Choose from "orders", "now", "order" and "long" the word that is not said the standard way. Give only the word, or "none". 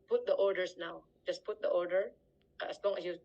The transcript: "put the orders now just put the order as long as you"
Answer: orders